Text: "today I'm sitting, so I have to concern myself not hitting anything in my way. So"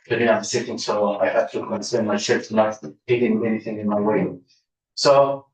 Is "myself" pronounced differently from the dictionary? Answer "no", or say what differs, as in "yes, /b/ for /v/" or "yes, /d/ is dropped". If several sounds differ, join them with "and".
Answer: yes, /ʃ/ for /s/